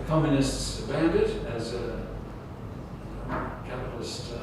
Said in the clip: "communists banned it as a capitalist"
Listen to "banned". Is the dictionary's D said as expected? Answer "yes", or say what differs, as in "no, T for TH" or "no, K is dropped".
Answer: yes